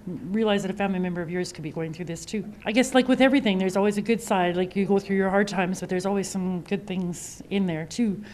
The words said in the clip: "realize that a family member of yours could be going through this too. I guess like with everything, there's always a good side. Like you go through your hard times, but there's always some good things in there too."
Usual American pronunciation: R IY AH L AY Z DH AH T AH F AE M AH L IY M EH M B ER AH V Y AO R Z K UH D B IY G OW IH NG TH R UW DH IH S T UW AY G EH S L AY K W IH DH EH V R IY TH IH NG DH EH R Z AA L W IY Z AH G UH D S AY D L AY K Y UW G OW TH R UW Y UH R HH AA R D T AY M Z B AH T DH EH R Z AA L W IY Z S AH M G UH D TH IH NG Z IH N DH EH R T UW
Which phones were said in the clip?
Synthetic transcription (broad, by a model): R IY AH L AY Z DH AH T AH F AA AH N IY M EH M B ER AH V Y AO R Z K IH D B IY G OW IH NG TH R UW DH IH S T UW AY G EH S L AY K W IH DH EH V R IY TH IH NG DH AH R Z AA L W IY Z AH G UH D S AY D L AY K Y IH G OW TH R UW Y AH R HH AA R D T AY M Z B AH T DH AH R Z AA L W IY Z S AH M G UH D TH IH NG Z IH N DH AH R T UW